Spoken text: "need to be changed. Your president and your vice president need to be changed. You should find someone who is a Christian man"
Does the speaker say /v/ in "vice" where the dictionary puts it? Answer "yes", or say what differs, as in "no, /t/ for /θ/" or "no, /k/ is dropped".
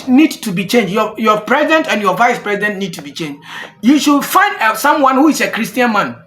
yes